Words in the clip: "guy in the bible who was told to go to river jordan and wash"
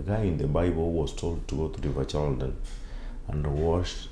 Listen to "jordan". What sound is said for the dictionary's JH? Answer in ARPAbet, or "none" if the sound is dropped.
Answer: CH